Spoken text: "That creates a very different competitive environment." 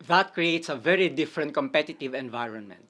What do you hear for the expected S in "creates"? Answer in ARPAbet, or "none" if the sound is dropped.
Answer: S